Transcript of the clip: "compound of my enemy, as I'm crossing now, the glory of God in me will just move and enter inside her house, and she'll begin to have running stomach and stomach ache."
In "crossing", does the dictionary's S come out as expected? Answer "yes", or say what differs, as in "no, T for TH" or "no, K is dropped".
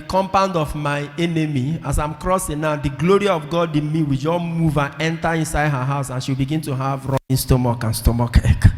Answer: yes